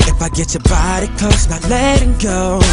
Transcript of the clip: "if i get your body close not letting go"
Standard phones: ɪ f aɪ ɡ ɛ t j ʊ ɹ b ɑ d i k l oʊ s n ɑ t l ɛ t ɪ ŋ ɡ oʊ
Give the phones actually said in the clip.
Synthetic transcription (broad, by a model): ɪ f aɪ ɡ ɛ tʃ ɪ b ɑ d i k oʊ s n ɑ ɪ l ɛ t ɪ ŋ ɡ oʊ